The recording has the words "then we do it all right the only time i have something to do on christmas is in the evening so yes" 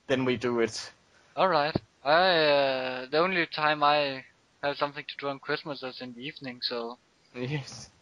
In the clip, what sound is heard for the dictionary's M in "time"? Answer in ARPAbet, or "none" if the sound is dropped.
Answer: M